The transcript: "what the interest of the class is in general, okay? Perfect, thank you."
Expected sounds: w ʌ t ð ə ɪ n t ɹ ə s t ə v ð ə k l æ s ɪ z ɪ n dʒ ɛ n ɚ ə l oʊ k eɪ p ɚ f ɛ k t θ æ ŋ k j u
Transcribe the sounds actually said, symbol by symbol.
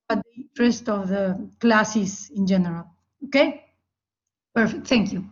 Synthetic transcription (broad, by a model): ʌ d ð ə ɪ n t ɹ ə s t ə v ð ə k l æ s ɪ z ɪ n dʒ ɛ n ɚ ə l oʊ k eɪ p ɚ f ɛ k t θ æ ŋ k j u